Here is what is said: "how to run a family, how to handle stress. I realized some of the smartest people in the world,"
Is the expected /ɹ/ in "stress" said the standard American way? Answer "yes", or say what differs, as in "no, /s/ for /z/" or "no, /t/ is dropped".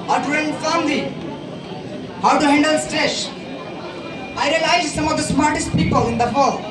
no, /ɹ/ is dropped